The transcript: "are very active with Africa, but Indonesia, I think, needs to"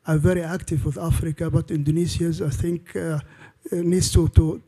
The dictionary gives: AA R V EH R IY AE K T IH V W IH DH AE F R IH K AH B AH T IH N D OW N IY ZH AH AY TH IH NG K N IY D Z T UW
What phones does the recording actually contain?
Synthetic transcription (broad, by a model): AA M V EH R IY AE K T IH V W IH DH AE F R IH K AH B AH T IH N D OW N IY S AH AY TH IH NG K N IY D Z T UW